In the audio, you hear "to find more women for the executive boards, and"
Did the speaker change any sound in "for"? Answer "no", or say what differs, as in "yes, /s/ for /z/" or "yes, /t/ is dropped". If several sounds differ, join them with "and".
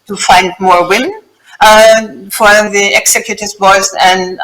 yes, /l/ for /ɹ/